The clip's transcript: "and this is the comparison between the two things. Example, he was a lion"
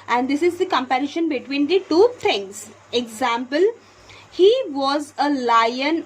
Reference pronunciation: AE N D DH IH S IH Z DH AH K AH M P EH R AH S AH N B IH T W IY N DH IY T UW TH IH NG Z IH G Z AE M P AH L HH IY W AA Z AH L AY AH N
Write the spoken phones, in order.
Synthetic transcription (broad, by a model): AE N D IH S IH Z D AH K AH M P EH R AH SH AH N B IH T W IY N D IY T UW T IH NG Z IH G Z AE M P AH L HH IY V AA Z AH L AY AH N